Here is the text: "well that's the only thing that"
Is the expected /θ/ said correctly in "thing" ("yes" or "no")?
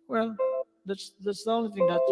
yes